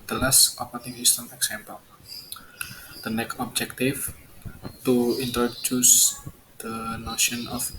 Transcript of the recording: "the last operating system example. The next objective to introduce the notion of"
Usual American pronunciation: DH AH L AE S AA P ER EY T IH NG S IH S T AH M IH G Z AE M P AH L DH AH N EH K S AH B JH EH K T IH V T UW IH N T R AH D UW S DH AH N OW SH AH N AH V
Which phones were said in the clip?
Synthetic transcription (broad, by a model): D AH L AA S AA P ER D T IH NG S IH S T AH M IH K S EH M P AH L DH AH N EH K AH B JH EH K T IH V T UW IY N T R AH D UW S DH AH N OW SH AH N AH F